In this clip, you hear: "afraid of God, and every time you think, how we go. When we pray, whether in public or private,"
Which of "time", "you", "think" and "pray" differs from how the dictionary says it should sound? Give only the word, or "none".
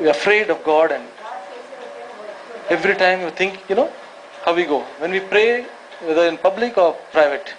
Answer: think